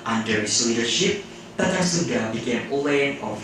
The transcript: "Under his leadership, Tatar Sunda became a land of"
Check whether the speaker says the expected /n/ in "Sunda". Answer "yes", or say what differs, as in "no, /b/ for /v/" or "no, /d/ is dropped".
no, /n/ is dropped